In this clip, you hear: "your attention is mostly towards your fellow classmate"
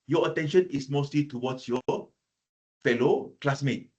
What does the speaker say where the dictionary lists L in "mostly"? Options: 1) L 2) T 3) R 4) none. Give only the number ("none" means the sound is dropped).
1